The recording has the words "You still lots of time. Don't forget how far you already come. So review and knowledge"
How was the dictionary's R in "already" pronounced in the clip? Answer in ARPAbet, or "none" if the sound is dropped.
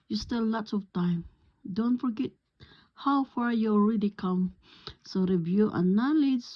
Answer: R